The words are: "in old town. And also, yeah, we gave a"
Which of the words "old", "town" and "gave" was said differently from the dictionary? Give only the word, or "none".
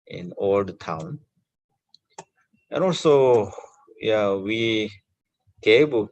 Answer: gave